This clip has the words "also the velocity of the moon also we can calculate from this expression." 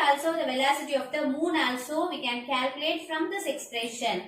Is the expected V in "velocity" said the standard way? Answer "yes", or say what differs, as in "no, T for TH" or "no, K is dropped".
yes